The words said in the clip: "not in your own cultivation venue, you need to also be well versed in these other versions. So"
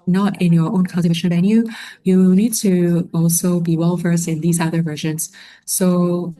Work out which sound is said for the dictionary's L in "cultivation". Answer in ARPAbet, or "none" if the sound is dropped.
none